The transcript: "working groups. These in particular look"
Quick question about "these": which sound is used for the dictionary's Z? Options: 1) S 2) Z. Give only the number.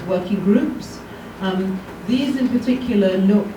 2